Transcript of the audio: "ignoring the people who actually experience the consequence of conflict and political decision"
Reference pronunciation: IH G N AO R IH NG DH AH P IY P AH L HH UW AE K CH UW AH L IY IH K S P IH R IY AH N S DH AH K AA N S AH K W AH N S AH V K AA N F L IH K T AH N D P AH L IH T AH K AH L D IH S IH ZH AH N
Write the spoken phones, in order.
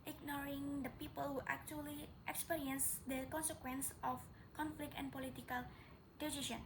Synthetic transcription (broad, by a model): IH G N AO R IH NG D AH P IY P AH L HH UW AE K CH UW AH L IY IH K S P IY R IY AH N S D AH K AA N S AH K W AH N S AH F K AA N F L IH K T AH N P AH L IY T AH K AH L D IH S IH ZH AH N